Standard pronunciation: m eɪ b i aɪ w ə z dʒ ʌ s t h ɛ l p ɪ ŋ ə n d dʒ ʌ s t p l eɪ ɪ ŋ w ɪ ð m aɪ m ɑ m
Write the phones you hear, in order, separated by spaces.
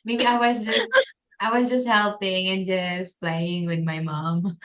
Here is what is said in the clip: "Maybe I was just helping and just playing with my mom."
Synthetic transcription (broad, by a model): m eɪ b i aɪ w ə z dʒ ʌ s t h ɛ l p ɪ ŋ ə n dʒ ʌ s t p l eɪ ɪ ŋ w ɪ ð m aɪ m ɑ m